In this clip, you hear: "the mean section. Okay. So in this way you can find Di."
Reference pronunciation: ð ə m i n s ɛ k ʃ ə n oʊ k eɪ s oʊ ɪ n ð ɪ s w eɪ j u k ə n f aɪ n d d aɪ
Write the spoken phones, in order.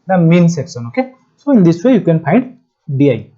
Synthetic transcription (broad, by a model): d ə m i n s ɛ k s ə n oʊ k eɪ s oʊ ɪ n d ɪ s w eɪ j u k ə n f aɪ n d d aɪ